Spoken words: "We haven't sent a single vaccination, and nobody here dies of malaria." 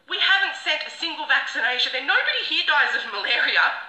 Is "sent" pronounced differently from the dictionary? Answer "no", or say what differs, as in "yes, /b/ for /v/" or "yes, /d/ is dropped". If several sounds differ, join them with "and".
yes, /n/ is dropped